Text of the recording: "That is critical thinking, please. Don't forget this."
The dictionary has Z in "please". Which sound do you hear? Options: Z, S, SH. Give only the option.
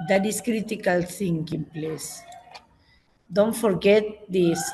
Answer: S